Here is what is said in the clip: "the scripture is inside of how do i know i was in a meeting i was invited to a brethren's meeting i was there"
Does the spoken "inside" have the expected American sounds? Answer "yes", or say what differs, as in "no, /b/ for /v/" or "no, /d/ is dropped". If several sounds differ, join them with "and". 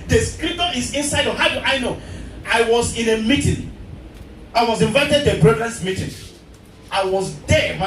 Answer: yes